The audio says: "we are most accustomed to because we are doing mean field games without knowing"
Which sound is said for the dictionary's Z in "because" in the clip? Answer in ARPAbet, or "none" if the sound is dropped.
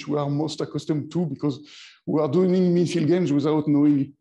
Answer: Z